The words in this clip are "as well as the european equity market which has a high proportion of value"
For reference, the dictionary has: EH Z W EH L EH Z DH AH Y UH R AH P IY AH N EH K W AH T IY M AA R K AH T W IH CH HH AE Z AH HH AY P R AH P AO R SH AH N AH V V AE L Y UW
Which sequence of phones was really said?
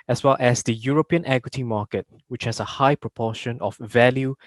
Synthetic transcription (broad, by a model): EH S W EH L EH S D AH Y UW R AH P IY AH N EH K W AH T IY M AA K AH T W IH CH HH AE S AH HH AY P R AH P AO SH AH N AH F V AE L Y UW